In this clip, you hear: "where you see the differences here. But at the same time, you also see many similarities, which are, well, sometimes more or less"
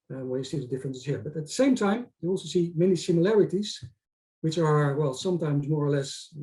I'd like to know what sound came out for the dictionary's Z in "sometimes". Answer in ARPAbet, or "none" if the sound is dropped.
Z